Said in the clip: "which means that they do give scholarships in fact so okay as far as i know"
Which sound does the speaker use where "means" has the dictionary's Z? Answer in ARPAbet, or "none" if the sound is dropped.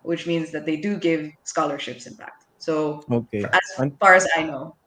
Z